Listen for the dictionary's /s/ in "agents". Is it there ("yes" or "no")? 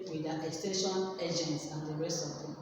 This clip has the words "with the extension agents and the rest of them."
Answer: yes